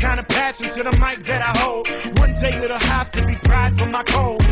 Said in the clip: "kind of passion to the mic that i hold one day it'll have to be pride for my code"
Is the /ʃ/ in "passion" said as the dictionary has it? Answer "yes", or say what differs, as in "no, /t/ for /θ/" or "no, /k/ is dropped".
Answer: no, /s/ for /ʃ/